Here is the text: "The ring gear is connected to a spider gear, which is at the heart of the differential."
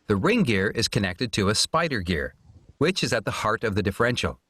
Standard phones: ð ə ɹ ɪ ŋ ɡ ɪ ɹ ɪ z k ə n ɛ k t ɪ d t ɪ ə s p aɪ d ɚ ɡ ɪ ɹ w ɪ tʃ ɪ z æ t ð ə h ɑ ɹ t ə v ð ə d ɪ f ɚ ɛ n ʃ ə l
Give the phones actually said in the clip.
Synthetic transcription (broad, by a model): ð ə ɹ ɪ ŋ ɡ ɪ ɹ ɪ z k ə n ɛ k t ɪ d t ɪ ə s p aɪ d ɚ ɡ ɪ ɹ w ɪ tʃ ɪ z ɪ t ð ə h ɑ ɹ t ə v ð ə d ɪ f ɚ ɛ n ʃ l